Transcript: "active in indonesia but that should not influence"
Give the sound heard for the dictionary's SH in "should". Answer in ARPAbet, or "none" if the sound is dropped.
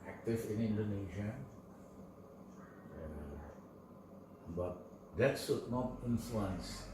S